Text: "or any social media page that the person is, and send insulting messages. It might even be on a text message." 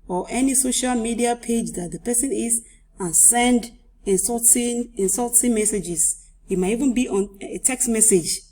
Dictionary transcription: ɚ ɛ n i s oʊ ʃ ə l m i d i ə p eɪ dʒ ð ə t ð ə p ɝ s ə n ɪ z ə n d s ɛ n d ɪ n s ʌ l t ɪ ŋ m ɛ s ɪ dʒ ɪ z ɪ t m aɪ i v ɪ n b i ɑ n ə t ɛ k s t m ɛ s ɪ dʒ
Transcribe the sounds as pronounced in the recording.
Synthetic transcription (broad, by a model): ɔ ɛ n i s oʊ ʃ ə l m i d i ə p eɪ dʒ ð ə t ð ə p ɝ s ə n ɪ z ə n s ɛ n d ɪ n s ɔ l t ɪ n m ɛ s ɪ dʒ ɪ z ɪ t m aɪ i v ɪ n b i ɑ n ə t ɛ k s t m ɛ s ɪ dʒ